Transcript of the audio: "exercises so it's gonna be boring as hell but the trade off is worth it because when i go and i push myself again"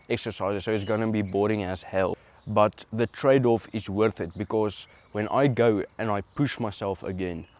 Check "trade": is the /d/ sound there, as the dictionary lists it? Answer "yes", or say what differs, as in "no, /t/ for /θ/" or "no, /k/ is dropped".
yes